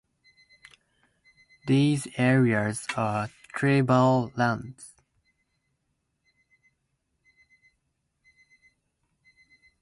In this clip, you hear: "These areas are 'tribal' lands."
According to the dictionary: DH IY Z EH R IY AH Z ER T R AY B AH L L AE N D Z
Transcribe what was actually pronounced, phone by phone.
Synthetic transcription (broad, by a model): DH IY Z EH R IY AH Z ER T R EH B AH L L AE N D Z